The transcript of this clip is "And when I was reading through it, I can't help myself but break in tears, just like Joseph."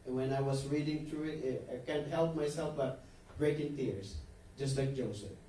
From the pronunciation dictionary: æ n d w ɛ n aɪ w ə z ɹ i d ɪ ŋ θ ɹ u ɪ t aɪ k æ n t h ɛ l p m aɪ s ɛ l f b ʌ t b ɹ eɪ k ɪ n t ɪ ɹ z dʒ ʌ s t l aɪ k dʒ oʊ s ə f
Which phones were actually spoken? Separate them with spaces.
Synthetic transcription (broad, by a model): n w ɛ n aɪ w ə s ɹ i d ɪ ŋ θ ɹ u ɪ t aɪ k æ n t h ɛ l p m aɪ s ɛ l f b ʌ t b ɹ eɪ k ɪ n t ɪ ɹ s dʒ ʌ s t l aɪ k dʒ oʊ s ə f